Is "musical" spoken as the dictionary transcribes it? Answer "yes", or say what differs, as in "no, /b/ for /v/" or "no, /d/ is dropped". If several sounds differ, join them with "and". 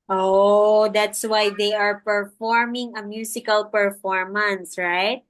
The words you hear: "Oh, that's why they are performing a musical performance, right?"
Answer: no, /s/ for /z/